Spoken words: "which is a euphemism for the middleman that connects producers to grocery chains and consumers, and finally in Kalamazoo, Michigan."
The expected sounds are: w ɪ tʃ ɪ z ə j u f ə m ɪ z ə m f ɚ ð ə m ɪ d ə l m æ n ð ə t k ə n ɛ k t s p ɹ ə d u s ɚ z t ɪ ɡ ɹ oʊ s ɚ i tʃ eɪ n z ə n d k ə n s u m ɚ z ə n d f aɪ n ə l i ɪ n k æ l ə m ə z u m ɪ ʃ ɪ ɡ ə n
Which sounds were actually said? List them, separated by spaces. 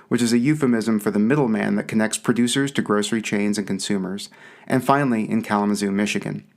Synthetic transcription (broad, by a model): w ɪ tʃ ɪ z ə j u f ə m ɪ z ə m f ɚ ð ə m ɪ d l m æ n ð ə t k ə n ɛ k t s p ɹ ə d u s ɚ z t ɪ ɡ ɹ oʊ s ɚ i tʃ eɪ n z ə n k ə n s u m ɚ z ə n f aɪ n l i ɪ n k æ l ə m ə z u m ɪ ʃ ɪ ɡ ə n